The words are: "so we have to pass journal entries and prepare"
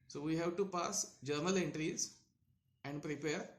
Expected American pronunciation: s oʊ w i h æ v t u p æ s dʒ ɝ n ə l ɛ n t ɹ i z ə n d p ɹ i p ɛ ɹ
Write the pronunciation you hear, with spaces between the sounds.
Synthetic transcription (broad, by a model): s oʊ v i h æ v t u p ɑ s dʒ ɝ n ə l ɛ n t ɹ i z ə n d p ɹ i p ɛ ɹ